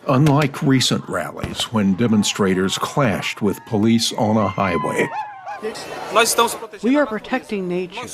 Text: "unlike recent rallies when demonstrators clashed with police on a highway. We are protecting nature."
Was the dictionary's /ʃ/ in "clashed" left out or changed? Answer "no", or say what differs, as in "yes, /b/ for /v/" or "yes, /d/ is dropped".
no